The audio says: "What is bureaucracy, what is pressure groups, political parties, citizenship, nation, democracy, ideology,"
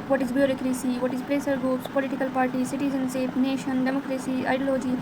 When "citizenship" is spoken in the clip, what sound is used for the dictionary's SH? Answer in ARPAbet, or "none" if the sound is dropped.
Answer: S